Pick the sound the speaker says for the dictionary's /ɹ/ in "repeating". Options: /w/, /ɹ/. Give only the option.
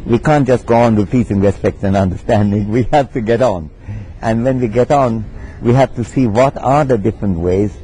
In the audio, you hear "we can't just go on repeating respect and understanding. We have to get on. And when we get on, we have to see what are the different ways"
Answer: /w/